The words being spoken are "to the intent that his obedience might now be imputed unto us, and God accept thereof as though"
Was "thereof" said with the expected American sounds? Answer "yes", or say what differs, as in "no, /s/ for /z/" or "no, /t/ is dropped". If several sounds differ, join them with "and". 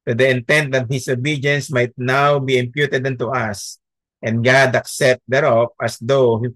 no, /p/ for /v/